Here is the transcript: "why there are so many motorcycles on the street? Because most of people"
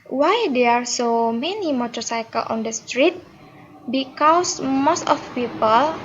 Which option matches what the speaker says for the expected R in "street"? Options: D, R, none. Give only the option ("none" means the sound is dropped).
R